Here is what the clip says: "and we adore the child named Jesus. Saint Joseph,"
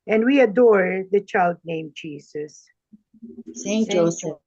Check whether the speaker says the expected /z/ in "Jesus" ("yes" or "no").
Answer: no